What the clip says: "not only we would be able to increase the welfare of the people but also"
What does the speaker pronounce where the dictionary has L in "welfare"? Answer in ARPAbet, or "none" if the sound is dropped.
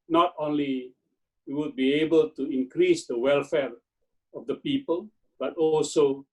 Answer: L